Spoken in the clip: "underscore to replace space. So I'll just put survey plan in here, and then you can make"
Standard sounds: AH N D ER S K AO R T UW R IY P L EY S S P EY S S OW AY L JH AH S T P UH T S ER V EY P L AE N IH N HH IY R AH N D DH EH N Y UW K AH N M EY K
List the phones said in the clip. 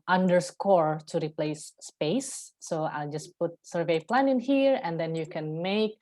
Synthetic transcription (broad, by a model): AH N D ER S K AO R T UW R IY P L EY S S P EY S S OW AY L JH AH S P UH T S ER V EY P L AE N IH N HH IY R AH N D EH N Y UW K AH N M EY K